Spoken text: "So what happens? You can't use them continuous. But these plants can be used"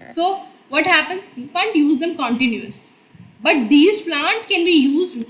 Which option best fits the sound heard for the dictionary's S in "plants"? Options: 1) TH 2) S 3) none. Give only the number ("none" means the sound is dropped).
3